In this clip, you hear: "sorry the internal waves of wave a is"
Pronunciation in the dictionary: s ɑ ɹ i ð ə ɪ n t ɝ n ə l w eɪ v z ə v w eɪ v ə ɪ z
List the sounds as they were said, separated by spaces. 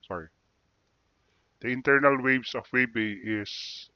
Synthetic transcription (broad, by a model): s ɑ ɹ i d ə ɪ n t ɝ n ə l w eɪ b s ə f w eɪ b ə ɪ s